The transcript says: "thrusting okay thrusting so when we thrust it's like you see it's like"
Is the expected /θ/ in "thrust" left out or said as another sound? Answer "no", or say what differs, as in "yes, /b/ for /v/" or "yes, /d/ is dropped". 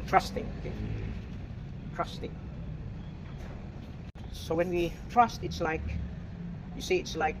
yes, /t/ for /θ/